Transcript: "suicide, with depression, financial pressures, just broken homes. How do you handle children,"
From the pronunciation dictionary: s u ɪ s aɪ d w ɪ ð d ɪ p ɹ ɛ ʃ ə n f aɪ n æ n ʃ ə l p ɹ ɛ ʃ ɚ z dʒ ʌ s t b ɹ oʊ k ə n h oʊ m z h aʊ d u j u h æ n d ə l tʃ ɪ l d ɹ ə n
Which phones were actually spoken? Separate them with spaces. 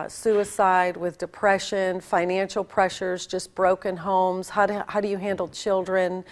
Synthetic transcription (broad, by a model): s u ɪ s aɪ d w ɪ ð d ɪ p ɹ ɛ ʃ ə n f aɪ n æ n ʃ l p ɹ ɛ ʃ ɚ z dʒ ʌ s b ɹ oʊ k ə n h oʊ m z h aʊ d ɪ j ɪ h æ n d l tʃ ɪ l d ɹ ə n